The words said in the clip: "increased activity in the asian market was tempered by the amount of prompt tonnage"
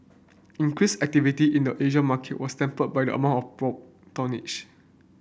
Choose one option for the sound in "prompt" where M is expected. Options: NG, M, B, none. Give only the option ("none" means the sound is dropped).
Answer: none